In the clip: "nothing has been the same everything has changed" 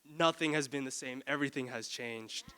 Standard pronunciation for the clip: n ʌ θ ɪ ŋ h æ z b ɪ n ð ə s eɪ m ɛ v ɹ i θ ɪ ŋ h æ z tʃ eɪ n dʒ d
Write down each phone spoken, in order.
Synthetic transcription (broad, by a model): n ʌ θ ɪ ŋ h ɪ z b ɪ n ð ə s eɪ m ɛ v ɹ i θ ɪ ŋ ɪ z tʃ eɪ n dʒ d